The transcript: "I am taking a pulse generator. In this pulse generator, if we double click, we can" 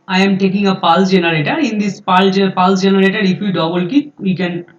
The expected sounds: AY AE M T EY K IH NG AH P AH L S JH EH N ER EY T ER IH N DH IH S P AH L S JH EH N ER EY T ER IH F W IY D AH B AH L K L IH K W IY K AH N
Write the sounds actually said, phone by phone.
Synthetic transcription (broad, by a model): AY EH M T EY K IH NG AH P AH L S JH EH N ER EY T ER IH N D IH S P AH L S JH EH N ER EY T ER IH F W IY D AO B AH L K IH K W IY K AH N